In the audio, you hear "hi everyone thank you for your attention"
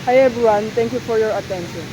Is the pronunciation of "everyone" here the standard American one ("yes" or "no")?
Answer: no